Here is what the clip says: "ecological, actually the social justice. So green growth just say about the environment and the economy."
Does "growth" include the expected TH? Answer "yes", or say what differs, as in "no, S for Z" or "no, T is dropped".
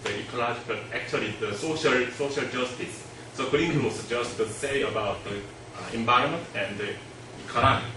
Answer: no, S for TH